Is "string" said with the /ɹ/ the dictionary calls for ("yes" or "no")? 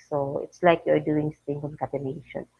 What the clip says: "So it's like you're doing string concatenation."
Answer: no